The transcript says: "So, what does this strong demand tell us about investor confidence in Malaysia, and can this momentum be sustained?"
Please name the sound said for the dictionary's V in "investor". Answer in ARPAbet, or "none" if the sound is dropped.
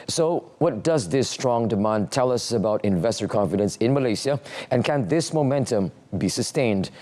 V